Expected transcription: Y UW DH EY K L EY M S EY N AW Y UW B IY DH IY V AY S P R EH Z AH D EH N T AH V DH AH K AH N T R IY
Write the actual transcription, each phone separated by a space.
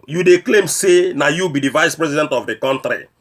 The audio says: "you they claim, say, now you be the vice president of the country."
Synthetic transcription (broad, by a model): Y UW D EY K L EY M S EY N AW Y UW B IY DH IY V AY S P R EH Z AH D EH N T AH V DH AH K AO N T R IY